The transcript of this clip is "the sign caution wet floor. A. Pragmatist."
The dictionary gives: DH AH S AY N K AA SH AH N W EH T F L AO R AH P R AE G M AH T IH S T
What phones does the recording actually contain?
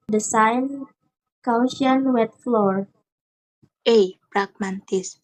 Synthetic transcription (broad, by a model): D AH S AY N K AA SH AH N W EH T F L AO R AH P R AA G M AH T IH S